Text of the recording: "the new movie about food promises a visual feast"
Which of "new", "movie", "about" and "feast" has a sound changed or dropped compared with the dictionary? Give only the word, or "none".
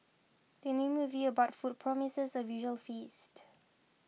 none